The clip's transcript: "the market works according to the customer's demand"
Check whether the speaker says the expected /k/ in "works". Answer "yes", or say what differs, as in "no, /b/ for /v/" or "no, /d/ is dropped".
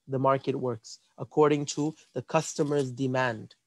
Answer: yes